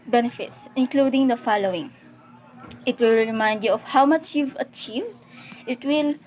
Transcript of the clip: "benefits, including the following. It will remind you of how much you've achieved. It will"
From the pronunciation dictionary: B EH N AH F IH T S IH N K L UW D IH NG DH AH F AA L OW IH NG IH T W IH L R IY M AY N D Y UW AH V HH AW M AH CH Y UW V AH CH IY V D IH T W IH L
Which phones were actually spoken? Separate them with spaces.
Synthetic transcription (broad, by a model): B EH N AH F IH T S IH N K L UW D IH NG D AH F AA L OW IH NG IH T W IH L R IY M AY N D Y UW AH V HH AW M AH CH Y UW V AH CH IY V D IH T W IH L